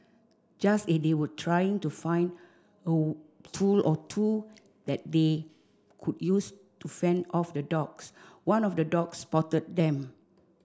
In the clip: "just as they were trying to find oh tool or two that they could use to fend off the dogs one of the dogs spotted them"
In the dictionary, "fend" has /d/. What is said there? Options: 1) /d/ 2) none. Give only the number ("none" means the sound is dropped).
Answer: 1